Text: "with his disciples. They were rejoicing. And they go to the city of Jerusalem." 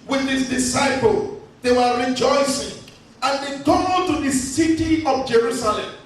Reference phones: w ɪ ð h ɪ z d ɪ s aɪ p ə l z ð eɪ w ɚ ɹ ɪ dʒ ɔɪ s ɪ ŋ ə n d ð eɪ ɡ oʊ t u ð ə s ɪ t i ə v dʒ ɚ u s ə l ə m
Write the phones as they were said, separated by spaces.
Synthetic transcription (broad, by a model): w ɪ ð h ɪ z d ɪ s aɪ p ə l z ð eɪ w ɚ ɹ ɪ dʒ ɔɪ s ɪ ŋ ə n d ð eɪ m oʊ t u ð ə s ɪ t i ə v dʒ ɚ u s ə l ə m